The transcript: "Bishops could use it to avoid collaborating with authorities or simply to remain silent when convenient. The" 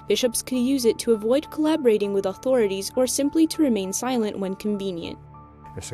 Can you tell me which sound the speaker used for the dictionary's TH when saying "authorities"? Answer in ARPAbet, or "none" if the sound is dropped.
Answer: TH